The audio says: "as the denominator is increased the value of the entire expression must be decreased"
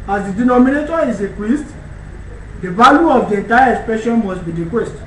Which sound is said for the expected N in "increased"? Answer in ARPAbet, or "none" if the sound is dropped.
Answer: none